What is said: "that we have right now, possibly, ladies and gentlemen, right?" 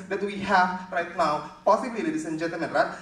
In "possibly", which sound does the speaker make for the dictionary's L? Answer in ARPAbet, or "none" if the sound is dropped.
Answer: none